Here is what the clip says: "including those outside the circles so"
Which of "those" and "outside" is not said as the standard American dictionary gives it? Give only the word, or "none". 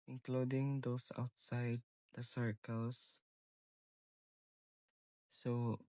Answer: those